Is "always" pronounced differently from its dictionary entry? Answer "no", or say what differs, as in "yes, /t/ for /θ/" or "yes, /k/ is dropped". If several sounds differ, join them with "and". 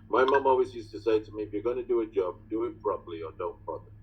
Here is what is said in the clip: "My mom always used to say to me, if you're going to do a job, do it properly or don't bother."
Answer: no